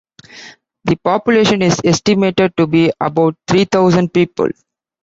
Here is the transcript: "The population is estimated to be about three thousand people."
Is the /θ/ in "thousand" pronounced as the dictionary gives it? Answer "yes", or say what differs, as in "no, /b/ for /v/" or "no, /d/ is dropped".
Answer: no, /t/ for /θ/